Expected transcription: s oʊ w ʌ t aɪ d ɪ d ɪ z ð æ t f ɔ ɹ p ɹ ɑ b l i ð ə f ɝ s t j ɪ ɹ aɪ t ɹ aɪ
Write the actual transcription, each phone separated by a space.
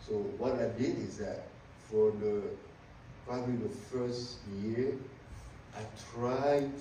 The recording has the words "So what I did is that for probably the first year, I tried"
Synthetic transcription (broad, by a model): s oʊ w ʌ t aɪ d ɪ d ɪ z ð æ t f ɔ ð p ɹ ɑ b l i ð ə f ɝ s t j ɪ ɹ aɪ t ɹ aɪ